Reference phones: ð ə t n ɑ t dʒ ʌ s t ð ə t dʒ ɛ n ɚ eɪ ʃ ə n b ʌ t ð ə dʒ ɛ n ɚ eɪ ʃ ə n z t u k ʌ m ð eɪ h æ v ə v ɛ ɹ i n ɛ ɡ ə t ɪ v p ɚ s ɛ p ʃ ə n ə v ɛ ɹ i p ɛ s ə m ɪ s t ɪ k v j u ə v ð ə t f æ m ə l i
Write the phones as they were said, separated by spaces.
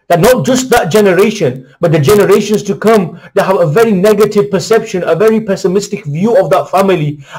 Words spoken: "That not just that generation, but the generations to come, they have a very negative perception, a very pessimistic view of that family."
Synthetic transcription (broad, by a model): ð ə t n ɑ t dʒ ʌ s t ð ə t dʒ ɛ n ɚ eɪ ʃ ə n b ʌ t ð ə dʒ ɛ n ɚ eɪ ʃ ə n s t u k ʌ m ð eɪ h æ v ə v ɛ ɹ i n ɛ ɡ ə t ɪ v p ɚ s ɛ p ʃ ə n ə v ɛ ɹ i p ɛ s ə m ɪ s t ɪ k v j u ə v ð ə t f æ m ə l i